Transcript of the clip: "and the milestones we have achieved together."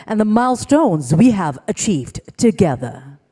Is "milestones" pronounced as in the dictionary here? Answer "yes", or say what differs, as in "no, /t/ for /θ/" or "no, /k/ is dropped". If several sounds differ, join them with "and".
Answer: yes